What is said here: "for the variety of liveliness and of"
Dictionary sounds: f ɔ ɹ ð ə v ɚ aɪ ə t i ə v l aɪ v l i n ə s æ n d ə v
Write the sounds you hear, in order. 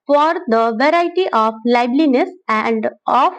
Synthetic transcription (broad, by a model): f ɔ ɹ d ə v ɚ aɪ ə t i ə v l aɪ b l i n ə s æ n d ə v